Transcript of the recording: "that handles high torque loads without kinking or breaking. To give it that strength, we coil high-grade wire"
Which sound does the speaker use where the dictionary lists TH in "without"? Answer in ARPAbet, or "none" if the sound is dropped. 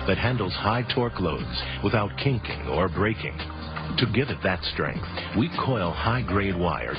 TH